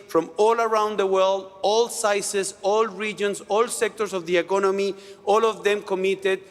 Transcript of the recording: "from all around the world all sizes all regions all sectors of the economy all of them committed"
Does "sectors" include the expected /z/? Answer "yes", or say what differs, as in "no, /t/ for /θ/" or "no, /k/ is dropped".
no, /s/ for /z/